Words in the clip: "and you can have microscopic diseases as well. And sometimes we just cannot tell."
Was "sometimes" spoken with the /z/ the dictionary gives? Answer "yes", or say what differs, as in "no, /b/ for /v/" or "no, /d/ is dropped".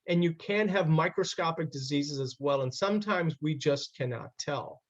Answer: yes